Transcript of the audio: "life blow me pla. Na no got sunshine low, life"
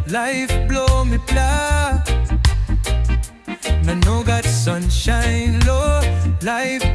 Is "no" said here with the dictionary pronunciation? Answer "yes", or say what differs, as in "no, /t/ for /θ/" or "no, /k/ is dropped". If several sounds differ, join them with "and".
yes